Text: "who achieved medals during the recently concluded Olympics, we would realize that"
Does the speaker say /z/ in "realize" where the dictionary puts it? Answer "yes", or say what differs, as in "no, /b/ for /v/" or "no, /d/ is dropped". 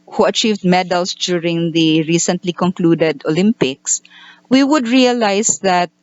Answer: no, /s/ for /z/